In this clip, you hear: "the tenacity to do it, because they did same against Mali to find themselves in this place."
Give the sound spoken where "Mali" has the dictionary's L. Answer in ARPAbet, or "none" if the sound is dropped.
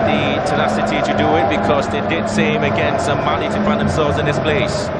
N